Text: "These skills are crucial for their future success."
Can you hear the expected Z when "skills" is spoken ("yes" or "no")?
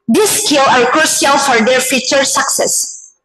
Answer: no